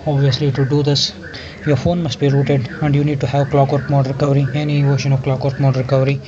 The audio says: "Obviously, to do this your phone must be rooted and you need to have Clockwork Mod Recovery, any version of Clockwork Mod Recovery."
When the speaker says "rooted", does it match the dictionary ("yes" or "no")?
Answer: yes